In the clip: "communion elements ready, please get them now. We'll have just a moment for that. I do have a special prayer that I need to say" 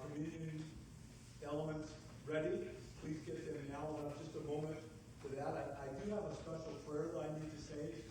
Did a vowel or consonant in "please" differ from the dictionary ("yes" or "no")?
no